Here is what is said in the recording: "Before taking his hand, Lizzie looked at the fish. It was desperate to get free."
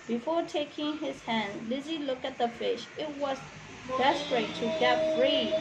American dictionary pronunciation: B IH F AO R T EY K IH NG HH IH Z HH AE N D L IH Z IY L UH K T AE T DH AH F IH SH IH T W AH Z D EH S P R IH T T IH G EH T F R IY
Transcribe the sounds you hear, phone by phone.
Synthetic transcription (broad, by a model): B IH F AO R T EY K IH NG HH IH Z HH AE N D L IH Z IY L UH K AE T DH AH F IH SH IH T W AH Z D EH S P R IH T T IH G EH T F R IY